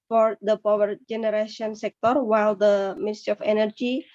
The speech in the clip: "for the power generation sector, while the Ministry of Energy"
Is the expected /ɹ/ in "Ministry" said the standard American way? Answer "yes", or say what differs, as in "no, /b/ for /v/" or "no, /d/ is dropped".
no, /ɹ/ is dropped